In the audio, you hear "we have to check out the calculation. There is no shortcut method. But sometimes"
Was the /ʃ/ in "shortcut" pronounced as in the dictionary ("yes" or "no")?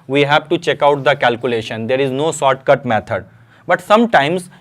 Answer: no